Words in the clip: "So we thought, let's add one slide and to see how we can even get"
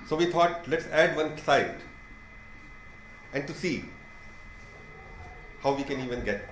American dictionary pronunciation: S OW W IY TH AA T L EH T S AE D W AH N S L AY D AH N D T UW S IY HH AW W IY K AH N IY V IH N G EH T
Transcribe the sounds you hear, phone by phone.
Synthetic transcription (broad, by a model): S OW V IY T AA T L EH T S AE D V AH N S AY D AH N D T UW S IY HH AW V IY K AH N IY V IH N G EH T